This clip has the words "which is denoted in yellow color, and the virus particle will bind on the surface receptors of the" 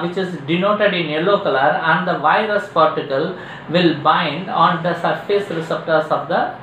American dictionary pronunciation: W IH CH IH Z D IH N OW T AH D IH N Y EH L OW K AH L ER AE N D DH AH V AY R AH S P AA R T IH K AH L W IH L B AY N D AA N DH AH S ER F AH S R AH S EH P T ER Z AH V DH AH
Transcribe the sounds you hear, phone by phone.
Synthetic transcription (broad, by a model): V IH CH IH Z D IH N OW T AH D IH N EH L OW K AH L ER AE N D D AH V AY R AH S P AA R T IH K AH L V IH L B AY N D AA N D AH S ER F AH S R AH S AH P T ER S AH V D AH